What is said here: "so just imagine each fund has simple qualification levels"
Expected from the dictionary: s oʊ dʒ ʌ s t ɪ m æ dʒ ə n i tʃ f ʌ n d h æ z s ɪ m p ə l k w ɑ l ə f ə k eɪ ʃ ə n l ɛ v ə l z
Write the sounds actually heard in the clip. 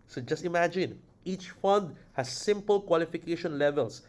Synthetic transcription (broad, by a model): s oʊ dʒ ʌ s t ɪ m æ dʒ ə n i tʃ f ʌ n d h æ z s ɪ m p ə l k w ɑ l ə f ə k eɪ ʃ ə n l ɛ v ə l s